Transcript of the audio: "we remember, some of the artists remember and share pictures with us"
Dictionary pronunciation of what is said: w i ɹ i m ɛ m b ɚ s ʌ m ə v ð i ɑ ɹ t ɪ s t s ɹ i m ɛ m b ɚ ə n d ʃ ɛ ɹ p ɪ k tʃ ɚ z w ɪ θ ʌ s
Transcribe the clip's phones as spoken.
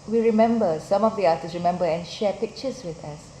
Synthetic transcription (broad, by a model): w i ɹ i m ɛ m b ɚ s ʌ m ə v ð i ɑ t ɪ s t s ɹ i m ɛ m b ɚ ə n ʃ ɛ p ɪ k tʃ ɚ s w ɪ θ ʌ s